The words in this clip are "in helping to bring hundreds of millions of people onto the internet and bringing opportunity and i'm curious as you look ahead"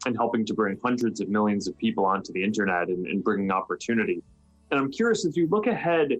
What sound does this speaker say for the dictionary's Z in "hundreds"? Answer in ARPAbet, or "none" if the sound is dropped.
Z